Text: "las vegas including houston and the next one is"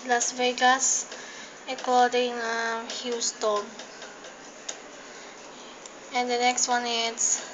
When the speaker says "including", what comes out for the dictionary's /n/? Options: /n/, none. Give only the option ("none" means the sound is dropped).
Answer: none